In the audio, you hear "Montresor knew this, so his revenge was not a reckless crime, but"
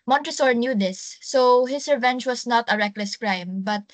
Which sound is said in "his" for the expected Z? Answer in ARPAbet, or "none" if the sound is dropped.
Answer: S